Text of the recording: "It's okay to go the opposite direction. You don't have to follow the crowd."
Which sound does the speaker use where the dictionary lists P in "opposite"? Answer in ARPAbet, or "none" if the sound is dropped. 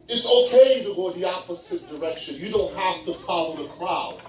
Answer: P